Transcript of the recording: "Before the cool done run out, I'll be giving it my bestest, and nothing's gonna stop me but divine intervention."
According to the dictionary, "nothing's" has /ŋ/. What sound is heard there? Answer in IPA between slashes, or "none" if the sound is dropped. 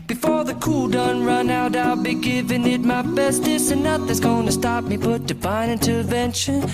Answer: none